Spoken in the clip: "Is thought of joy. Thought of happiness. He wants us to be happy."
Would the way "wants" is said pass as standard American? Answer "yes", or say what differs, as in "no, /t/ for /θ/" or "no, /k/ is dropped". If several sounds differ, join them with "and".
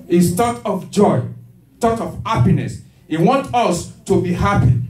no, /s/ is dropped